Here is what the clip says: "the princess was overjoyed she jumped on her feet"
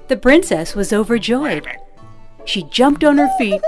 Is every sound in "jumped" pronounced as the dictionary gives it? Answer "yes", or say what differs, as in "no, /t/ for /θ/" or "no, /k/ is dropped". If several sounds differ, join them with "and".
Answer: yes